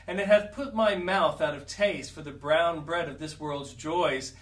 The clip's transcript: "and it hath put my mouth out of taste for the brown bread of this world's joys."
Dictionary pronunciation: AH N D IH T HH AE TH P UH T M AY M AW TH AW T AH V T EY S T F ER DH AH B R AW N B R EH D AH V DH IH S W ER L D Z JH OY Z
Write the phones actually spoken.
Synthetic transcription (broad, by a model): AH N IH T HH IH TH P UH T M AY M AW TH AW T AH V T EY S T F ER DH AH B R AW N B R EH D AH V DH IH S W ER L D Z JH OY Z